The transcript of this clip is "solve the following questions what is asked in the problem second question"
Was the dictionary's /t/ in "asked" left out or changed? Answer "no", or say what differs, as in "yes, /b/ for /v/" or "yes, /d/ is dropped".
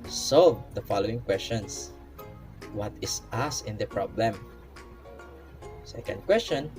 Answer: yes, /t/ is dropped